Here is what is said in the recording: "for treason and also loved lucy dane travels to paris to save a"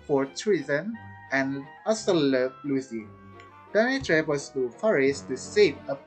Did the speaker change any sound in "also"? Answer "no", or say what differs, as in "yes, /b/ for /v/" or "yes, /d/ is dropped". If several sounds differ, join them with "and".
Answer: yes, /l/ is dropped